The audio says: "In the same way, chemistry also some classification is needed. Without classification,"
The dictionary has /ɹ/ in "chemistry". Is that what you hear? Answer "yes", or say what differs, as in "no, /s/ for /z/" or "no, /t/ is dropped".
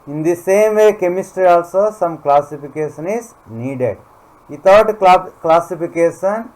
yes